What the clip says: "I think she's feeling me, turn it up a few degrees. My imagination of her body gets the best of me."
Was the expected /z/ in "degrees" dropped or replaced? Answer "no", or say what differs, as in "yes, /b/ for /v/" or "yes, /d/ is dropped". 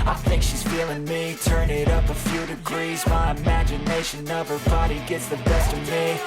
no